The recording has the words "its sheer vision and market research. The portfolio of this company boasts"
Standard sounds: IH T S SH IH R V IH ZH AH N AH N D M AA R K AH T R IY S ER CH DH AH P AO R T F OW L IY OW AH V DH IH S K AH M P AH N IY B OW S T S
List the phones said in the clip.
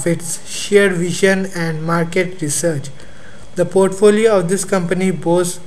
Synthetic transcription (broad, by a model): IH T S SH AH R V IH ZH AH N AH N D M AA R K AH T R IY S ER CH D AH P AO R T F OW L IY OW AH V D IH S K AH M P AH N IY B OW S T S